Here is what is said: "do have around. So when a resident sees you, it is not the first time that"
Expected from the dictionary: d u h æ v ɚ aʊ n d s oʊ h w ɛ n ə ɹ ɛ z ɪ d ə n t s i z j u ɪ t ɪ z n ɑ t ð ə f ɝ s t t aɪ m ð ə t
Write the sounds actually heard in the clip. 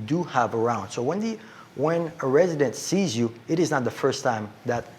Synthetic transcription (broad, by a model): d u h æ v ɚ aʊ n d s oʊ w w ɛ n ə ɹ ɛ z ɪ d ə n t s i z j u ɪ t ɪ z n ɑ t ð ə f ɝ s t t aɪ m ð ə t